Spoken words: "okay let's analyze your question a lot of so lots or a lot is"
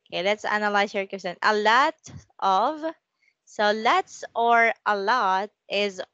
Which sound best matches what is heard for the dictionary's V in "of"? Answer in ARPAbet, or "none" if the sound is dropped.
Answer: V